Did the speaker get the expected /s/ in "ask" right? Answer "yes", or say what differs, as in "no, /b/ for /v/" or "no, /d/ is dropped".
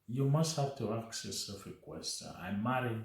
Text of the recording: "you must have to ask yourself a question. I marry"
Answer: no, /s/ is dropped